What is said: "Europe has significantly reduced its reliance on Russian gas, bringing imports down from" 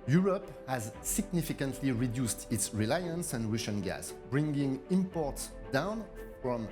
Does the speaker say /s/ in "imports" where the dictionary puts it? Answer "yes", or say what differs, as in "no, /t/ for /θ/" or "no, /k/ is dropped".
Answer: yes